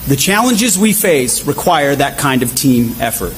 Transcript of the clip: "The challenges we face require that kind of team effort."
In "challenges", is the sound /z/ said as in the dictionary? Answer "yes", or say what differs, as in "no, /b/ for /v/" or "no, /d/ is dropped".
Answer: yes